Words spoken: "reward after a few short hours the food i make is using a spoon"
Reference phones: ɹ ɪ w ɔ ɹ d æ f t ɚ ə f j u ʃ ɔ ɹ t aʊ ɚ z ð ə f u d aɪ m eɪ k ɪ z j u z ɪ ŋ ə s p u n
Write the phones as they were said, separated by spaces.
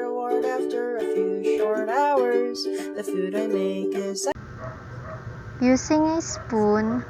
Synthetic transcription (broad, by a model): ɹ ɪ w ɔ ɹ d æ f t ɚ ə f j u ʃ ɔ ɹ t aʊ ɚ z ð ə f u d aɪ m eɪ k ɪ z j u s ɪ ŋ ə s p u n